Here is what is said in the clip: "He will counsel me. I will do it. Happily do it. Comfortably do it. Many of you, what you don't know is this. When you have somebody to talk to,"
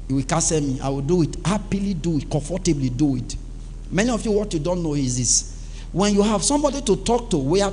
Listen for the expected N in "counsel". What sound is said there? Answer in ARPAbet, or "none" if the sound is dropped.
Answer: none